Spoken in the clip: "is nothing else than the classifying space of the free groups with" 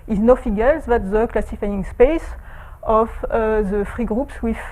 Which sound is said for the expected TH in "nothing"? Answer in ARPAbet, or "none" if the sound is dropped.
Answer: F